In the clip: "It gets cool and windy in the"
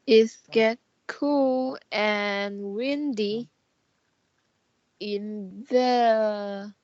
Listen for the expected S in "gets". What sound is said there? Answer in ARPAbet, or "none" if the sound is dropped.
none